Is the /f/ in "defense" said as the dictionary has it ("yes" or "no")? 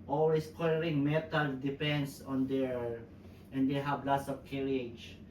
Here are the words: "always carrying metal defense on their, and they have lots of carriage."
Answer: no